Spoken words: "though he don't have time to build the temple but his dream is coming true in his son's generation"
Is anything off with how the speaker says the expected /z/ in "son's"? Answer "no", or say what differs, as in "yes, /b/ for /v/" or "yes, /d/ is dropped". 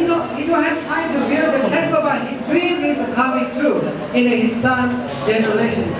yes, /z/ is dropped